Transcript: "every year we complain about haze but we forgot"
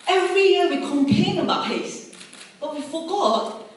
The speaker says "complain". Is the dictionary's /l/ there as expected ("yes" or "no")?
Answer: no